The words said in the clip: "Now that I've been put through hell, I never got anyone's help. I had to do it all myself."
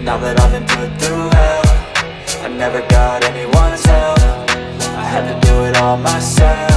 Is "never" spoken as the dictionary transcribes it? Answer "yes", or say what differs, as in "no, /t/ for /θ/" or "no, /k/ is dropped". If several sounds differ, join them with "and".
yes